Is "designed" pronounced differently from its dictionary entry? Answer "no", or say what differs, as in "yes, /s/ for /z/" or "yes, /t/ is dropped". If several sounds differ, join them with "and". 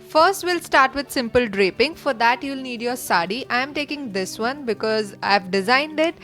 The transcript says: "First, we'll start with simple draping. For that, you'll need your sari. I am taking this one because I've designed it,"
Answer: no